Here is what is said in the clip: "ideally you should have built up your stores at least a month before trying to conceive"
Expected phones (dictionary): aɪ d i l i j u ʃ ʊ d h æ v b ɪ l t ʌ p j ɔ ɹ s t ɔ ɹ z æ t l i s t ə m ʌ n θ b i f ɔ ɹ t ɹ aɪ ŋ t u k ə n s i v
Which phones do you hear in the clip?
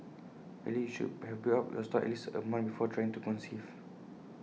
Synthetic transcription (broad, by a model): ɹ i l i j u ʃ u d h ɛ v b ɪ t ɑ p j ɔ s t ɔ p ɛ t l i s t ə m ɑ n b i f ɔ t ɹ aɪ ŋ t u k ə n s i v